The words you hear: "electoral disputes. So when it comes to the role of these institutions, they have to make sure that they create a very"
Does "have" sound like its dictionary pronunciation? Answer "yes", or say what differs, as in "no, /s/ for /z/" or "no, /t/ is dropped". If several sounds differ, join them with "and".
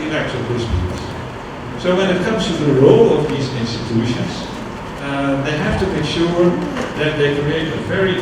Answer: no, /f/ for /v/